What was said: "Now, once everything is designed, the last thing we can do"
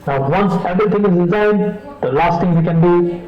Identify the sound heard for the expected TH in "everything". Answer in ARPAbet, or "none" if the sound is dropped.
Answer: T